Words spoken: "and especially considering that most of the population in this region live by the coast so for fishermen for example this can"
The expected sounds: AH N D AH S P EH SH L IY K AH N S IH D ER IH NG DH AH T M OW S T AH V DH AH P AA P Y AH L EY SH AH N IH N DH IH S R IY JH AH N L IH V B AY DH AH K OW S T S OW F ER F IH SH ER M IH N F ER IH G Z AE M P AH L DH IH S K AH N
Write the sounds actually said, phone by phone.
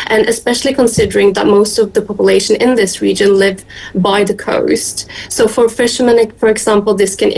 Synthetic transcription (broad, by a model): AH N AH S P EH SH L IY K AH N S IH D ER IH NG DH AH T M OW S T AH V DH AH P AA P Y AH L EY SH AH N IH N DH IH S R IY JH AH N L IH V B AY DH AH K OW S T S OW F ER F IH SH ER M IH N F ER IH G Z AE M P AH L DH IH S K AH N